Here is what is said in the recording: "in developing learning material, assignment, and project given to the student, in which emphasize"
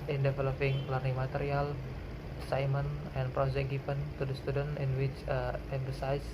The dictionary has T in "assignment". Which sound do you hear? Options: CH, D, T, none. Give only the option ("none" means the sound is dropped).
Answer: none